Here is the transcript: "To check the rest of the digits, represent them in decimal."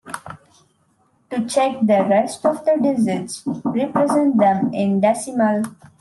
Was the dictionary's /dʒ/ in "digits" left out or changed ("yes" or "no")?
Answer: yes